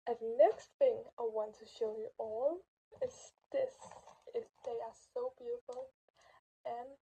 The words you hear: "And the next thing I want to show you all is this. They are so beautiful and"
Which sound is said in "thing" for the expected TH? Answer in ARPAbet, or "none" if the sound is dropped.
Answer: TH